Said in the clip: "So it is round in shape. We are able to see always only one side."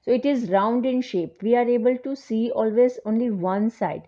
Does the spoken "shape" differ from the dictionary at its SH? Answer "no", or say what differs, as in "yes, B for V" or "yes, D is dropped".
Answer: no